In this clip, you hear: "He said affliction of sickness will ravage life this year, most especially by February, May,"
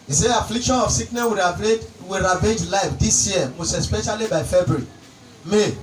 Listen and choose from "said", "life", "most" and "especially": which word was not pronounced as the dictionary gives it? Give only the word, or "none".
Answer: said